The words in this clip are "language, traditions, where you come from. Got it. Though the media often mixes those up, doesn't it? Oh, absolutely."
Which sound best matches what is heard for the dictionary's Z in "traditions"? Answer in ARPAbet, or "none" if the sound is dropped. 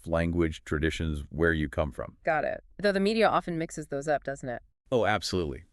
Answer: Z